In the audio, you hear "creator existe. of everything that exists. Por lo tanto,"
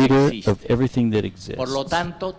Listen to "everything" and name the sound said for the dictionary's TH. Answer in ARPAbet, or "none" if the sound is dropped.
TH